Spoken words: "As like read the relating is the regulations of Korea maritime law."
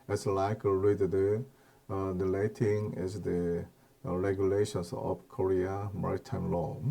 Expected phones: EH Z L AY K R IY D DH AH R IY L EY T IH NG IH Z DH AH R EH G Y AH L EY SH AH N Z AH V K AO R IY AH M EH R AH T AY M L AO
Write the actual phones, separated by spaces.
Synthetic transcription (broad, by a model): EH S L AY K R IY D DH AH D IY L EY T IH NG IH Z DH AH R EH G Y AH L EY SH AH N S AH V K AO R IY AH M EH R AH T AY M L AO